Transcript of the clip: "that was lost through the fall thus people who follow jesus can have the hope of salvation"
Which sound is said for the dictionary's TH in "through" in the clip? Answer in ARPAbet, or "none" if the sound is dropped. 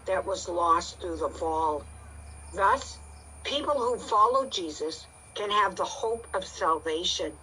TH